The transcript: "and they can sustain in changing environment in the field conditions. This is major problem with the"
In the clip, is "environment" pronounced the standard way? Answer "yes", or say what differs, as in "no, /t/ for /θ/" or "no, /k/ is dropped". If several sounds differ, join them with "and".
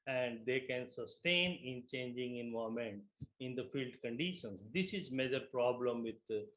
no, /ɹ/ is dropped and /n/ is dropped